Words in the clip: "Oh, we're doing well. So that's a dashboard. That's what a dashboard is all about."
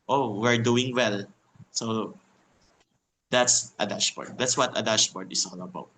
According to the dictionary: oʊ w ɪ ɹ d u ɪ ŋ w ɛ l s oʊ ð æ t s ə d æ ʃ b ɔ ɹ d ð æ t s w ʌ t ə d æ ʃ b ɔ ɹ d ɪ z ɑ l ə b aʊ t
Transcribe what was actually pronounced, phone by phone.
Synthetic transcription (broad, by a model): oʊ w ɪ ɹ d u ɪ ŋ w ɛ l s oʊ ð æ t s ə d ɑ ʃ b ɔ ɹ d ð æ t s w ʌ t ə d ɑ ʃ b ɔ ɹ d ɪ s ɑ l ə b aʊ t